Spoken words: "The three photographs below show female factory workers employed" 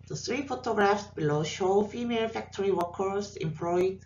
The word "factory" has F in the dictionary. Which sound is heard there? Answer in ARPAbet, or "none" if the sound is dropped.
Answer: F